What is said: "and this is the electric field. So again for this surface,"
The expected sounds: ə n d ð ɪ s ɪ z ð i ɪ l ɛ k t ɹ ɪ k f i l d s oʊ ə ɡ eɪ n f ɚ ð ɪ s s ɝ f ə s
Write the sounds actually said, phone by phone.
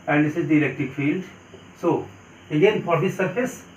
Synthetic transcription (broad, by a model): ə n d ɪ s ɪ z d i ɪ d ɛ k t ɪ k f i l d s oʊ ə ɡ eɪ n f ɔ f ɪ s s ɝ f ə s